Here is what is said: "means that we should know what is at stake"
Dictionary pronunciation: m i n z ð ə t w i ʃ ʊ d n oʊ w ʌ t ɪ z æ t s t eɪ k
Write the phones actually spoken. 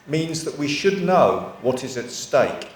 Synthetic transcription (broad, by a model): m i n z ð ə t w i ʃ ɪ d n oʊ w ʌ t ɪ z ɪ t s t eɪ k